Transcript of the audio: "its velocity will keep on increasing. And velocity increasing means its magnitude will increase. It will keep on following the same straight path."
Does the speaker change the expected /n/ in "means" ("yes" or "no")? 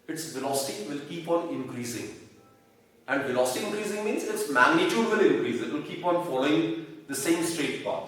no